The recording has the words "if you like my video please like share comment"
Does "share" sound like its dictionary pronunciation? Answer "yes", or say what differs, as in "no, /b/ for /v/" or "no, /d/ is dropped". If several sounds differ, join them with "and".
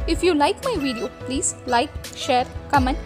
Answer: yes